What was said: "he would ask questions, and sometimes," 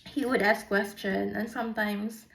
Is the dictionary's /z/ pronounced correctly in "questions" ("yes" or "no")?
no